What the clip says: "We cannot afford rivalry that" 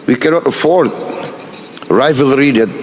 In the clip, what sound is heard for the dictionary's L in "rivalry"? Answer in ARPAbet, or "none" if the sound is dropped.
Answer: L